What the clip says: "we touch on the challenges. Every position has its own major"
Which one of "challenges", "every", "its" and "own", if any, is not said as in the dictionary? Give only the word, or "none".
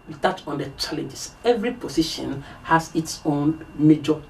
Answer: challenges